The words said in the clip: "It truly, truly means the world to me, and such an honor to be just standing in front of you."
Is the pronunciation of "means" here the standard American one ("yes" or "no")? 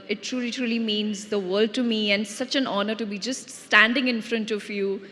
yes